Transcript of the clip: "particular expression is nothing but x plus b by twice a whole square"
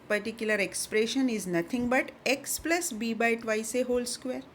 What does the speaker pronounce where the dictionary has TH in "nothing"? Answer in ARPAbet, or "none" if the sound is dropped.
T